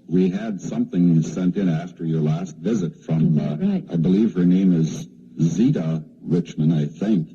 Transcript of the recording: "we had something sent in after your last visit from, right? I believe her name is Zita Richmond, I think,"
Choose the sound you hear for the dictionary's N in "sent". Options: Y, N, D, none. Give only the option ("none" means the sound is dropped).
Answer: N